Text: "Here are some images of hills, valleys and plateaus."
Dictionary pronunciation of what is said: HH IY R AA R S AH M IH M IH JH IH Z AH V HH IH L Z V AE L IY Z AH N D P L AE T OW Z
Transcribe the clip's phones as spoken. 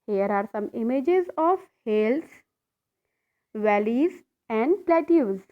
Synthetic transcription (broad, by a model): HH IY R AA R S AH M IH M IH JH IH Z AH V HH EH L S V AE L IY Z AH N D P L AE T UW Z